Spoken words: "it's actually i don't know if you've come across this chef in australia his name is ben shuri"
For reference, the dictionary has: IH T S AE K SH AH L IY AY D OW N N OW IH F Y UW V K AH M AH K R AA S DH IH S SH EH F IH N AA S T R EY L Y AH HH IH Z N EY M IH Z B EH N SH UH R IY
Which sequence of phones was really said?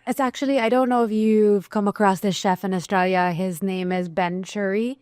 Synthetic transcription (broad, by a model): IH T S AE K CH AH L IY AY D OW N N OW IH F Y UW V K AH M AH K R AA S DH IH S SH EH F IH N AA S T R EY L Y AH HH IH Z N EY M IH Z B EH N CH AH R IY